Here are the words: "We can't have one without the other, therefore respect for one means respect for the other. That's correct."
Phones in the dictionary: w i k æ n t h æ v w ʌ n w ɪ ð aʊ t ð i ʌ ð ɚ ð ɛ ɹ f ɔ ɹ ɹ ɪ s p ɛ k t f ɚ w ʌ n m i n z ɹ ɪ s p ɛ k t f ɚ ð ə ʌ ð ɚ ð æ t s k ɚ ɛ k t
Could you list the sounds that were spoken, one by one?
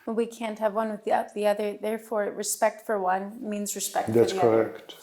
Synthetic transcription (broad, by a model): w i k æ n t h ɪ v w ʌ n w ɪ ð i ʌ ð i ʌ ð ɚ ð ɛ ɹ f ɔ ɹ ɹ ɪ s p ɛ k t f ɚ w ʌ n m i n z ɹ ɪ s p ɛ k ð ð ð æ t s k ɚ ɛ k t